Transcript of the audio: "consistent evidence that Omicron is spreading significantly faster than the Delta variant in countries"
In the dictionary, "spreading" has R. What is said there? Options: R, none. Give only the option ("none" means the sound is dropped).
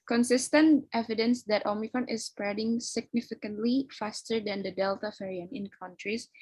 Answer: R